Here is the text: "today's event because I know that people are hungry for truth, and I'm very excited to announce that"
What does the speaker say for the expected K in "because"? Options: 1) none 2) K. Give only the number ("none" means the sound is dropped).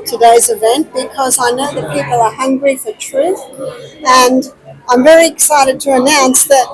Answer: 2